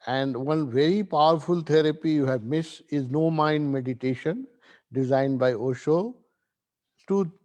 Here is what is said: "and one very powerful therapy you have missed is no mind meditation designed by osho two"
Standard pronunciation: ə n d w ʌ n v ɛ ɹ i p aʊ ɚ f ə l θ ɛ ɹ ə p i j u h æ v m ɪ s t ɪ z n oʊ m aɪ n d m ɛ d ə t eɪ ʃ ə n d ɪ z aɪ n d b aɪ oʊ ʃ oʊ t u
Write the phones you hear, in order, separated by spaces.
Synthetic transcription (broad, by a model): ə n d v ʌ n v ɛ ɹ i p aʊ ɚ f ə l t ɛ ɹ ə p i j u h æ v m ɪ s ɪ z n oʊ m aɪ n d m ɛ d ə t eɪ ʃ ə n d ɪ z aɪ n d b aɪ oʊ ʃ oʊ t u